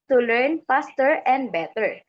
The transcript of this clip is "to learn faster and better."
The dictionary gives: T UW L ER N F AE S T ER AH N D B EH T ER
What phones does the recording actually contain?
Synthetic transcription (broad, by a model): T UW L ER N P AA S T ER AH N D B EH T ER